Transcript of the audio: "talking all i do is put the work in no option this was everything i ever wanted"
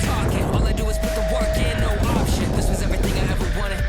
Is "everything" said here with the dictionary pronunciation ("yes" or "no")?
yes